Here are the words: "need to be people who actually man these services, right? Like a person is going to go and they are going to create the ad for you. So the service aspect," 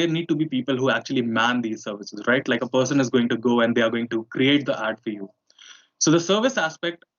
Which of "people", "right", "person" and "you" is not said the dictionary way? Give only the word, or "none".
none